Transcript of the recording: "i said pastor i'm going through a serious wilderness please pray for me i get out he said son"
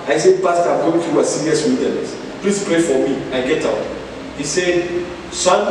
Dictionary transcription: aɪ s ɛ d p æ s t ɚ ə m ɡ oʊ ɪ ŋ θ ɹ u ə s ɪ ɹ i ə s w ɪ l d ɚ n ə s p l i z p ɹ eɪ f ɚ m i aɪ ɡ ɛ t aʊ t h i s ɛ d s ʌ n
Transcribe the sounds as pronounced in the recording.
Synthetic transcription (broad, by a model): aɪ s ɛ d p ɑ s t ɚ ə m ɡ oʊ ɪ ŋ f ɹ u ə s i ɹ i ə s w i d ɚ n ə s p l i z p ɹ eɪ f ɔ m i aɪ ɡ ɛ t aʊ t h i s ɛ d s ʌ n